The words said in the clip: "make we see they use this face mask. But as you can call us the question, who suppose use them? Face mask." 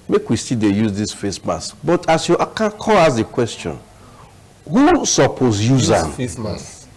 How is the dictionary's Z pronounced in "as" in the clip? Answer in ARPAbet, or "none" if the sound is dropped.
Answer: S